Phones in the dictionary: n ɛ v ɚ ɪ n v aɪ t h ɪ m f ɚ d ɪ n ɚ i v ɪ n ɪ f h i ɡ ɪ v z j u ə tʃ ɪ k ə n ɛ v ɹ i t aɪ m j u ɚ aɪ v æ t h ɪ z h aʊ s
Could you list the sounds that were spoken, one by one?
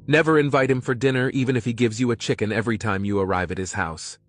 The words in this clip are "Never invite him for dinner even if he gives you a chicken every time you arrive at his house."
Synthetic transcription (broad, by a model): n ɛ v ɚ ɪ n v aɪ t h ɪ m f ɚ d ɪ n ɚ i v ɪ n ɪ f h i ɡ ɪ v z j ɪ ə tʃ ɪ k ə n ɛ v ɹ i t aɪ m j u ɚ aɪ v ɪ t h ɪ z h aʊ s